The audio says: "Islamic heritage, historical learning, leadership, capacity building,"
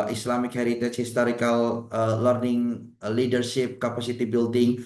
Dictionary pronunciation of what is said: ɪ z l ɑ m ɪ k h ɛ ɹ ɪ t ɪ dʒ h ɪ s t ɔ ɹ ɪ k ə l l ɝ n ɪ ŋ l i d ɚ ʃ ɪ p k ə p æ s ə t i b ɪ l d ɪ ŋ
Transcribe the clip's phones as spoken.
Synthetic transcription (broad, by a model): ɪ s l ɑ m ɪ k h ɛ ɹ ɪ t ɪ tʃ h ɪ s t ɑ ɹ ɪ k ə l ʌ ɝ n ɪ ŋ l i d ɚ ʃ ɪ p k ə p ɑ s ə t i b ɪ l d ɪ ŋ